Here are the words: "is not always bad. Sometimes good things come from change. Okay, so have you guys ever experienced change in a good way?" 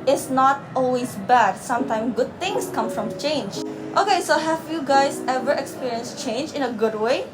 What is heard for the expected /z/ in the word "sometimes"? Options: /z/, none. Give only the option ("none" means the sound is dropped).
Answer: none